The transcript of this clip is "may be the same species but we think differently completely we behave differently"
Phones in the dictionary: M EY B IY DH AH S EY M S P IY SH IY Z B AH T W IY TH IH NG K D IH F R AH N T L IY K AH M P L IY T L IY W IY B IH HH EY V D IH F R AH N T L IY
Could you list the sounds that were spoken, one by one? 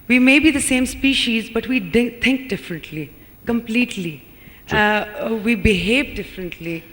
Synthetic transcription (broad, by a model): M EY B IY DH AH S EY M S P IY SH IY Z B AH T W IY T IH NG K D IH F R AH N T L IY K AH M P L IY T L IY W IY B IH HH EY V D IH F R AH N T L IY